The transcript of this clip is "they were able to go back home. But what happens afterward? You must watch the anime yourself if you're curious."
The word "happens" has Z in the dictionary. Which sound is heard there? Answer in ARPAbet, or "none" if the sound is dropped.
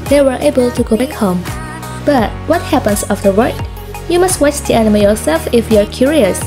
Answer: S